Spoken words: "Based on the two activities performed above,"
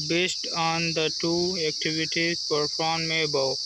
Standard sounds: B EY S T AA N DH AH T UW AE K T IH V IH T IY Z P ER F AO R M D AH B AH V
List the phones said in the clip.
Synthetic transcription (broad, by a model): B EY S T AA N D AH T UW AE K T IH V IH T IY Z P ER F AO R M AH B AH